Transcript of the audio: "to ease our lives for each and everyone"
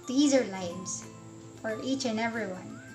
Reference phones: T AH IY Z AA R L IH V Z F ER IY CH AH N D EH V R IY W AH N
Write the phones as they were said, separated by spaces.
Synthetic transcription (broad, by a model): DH IY Z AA R L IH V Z F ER IY CH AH N EH V R IY W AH N